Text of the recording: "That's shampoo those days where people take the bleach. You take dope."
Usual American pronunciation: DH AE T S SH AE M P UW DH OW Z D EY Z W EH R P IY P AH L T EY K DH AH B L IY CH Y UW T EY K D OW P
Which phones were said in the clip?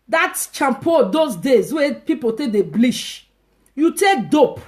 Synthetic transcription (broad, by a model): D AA T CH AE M P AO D OW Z D EY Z W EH P IY P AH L T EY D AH B L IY SH Y UW T EY K D OW P